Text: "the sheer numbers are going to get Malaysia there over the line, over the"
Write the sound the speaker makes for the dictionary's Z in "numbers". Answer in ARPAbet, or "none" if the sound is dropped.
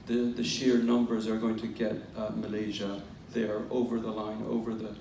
Z